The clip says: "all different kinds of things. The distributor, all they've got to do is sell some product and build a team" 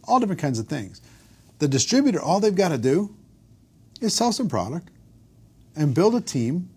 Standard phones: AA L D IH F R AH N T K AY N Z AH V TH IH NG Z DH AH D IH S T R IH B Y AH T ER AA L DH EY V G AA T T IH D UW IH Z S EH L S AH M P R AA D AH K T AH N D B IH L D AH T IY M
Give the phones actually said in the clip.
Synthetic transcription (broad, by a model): AA L D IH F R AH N K AY N Z AH V TH IH NG Z DH AH D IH S T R IH B Y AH T ER AA L DH EY V G AA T T IH D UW IH Z S EH L S AH M P R AA D AH K T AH N B IH L D AH T IY M